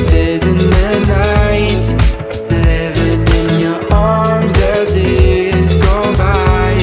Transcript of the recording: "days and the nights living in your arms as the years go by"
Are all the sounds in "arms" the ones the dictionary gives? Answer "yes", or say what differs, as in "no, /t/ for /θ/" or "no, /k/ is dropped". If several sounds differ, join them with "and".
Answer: yes